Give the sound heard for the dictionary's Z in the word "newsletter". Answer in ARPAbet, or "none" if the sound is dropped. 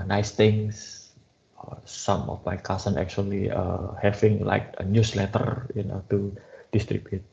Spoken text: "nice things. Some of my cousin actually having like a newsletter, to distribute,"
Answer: S